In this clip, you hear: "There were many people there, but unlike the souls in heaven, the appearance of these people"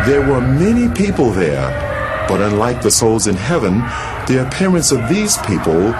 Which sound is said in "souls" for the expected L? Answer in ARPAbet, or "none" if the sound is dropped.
L